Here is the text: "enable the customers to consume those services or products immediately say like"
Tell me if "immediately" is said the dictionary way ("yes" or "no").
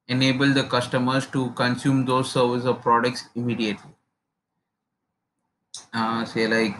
yes